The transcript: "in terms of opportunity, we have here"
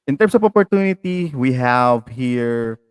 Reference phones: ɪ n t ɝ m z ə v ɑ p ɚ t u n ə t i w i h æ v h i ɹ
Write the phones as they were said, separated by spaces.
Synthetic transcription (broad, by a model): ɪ n t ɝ m s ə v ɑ p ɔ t u n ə t i w i h æ v h i ɹ